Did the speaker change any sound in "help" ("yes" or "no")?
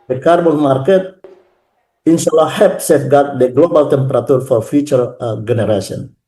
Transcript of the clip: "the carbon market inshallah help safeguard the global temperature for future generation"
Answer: yes